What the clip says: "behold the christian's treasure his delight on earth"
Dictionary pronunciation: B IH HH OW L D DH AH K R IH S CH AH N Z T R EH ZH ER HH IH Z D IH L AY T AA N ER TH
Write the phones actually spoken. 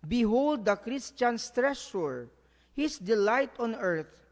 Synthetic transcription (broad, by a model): B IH HH OW L D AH K R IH S CH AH N S T R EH S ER HH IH S D IH L AY T AA N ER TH